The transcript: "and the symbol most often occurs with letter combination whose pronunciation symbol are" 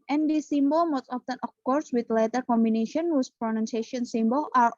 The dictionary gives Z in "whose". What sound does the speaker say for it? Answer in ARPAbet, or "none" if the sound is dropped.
S